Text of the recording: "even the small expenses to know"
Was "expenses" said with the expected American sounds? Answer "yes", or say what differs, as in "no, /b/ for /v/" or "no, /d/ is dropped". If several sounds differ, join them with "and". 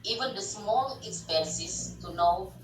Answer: no, /s/ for /z/